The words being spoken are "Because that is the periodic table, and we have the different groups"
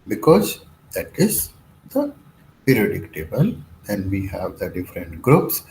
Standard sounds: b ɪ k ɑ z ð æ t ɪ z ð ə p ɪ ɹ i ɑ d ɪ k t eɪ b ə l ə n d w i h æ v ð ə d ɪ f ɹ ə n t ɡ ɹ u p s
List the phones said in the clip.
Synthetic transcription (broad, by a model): b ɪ k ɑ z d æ t ɪ z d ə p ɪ ɹ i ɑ d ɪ k t eɪ b ə l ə n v i h æ v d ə d ɪ f ɹ ə n t ɡ ɹ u p s